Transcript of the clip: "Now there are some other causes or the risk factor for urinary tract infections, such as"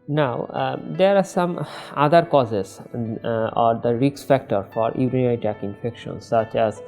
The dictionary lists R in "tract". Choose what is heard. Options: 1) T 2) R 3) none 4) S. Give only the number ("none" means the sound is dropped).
3